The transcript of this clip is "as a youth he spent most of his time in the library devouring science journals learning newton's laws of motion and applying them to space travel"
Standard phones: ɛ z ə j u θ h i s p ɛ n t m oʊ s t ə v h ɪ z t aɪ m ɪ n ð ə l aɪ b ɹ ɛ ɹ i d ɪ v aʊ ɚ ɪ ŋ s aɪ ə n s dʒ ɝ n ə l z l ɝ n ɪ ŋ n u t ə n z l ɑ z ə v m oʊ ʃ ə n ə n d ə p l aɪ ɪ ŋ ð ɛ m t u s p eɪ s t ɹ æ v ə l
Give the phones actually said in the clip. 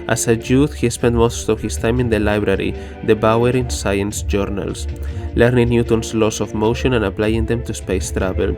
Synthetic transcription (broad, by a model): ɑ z ə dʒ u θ h i s p ɛ n t m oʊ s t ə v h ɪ s t aɪ m ɪ n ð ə l aɪ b ɹ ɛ ɹ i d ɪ b aʊ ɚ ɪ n s aɪ ə n s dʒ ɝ n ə l s l ɝ n ɪ ŋ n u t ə n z l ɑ s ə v m oʊ ʃ ə n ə n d ə p l aɪ ɪ ŋ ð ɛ m t u s p eɪ s t ɹ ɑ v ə l